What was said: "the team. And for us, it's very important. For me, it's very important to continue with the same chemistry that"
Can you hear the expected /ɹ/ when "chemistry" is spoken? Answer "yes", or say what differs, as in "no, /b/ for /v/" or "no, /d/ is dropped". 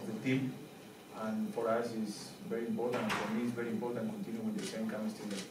no, /ɹ/ is dropped